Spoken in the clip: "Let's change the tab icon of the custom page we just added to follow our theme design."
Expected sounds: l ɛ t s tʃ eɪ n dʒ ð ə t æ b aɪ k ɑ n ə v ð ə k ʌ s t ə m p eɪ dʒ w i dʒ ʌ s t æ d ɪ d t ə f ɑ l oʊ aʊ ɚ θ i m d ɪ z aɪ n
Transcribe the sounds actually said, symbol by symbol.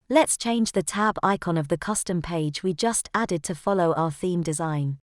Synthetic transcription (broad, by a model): l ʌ t s tʃ eɪ n dʒ ð ə t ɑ b aɪ k ɑ n ə v ð ə k ʌ s t ə m p eɪ dʒ w i dʒ ʌ s t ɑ d ɪ d t ə f ɑ l oʊ aʊ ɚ θ i m d ɪ z aɪ n